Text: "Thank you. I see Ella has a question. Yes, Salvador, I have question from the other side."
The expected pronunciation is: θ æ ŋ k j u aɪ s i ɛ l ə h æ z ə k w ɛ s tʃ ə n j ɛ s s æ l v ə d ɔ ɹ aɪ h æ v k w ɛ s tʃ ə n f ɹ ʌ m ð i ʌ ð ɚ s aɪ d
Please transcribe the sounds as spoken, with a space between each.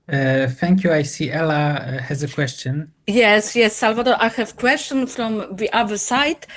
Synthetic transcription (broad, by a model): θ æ ŋ k j u aɪ s i ɛ l ə h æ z ə k w ɛ s tʃ ə n j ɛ s s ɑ l v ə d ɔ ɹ aɪ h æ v k w ɛ s tʃ ə n f ɹ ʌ m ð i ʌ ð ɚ s aɪ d